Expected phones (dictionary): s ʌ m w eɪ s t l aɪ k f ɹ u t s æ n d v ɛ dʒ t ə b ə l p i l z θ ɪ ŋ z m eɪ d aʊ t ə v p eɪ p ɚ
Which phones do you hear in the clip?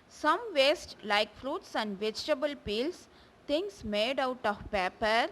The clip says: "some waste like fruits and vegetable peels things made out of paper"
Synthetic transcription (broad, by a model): s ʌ m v eɪ s t l aɪ k f ɹ u t s æ n d v ɛ dʒ t ə b ə l p i l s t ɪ ŋ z m eɪ d aʊ t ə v p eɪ p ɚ